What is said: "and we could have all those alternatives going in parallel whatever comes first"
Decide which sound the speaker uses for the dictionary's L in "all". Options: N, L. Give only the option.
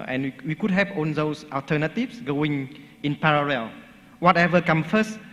N